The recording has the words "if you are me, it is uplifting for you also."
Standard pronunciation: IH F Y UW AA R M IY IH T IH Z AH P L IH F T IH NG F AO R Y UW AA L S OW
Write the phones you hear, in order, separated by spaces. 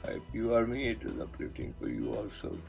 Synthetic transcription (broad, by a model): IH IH Y UW AA R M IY IH T IH Z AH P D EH T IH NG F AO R Y UW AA L S OW